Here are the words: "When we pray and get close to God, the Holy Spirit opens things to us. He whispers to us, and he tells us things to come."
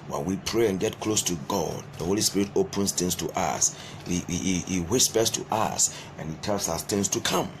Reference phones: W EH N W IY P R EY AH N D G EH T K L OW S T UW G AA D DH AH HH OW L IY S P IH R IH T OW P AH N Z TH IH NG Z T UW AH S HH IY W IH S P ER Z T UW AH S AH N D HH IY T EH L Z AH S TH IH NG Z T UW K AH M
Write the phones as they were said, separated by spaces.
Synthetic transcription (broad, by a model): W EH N W IY P R EY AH N G EH T K L OW S T UW G AA D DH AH HH OW L IY S P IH R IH T OW P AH N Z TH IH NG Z T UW AH S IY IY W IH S B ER S T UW AH S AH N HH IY T EH L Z AH S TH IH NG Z T UW K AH M